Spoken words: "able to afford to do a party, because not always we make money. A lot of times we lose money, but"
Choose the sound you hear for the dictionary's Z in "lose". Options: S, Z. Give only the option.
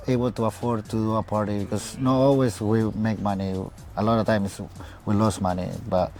S